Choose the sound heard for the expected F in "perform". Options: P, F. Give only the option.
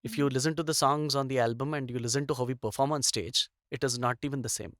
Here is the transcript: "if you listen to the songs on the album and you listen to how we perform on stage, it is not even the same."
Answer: F